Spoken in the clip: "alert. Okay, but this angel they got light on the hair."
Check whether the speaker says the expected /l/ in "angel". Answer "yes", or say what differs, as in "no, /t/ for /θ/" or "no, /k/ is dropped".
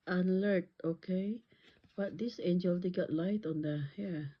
yes